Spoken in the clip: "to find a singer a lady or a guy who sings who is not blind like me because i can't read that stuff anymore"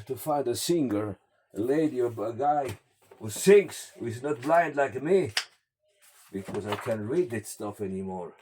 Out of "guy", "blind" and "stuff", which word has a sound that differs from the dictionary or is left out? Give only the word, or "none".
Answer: none